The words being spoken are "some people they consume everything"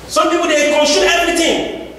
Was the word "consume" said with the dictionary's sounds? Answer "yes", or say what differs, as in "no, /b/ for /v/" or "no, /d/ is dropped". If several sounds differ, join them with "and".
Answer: no, /ʃ/ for /s/